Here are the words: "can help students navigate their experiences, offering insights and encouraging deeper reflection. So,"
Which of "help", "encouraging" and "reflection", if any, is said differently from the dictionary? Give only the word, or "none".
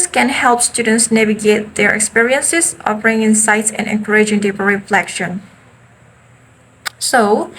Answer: none